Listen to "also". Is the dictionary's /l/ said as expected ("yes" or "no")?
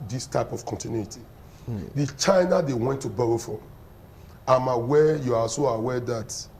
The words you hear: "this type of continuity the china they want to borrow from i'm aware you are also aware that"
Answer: no